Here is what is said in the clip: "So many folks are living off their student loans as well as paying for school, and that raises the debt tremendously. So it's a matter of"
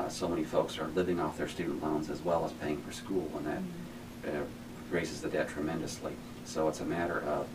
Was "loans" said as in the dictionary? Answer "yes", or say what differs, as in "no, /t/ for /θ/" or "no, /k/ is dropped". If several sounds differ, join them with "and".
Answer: yes